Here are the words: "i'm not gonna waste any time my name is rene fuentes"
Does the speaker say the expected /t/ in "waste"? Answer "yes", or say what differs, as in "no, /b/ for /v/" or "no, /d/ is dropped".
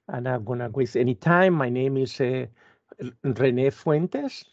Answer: no, /t/ is dropped